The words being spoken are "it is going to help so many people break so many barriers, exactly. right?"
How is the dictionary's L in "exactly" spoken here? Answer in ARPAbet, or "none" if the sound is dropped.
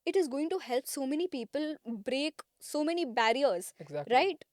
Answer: none